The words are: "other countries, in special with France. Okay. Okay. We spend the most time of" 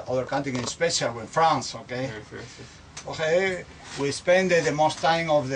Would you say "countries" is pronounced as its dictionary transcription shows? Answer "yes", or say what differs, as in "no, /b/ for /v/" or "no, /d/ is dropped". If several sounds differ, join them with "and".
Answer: no, /ɹ/ is dropped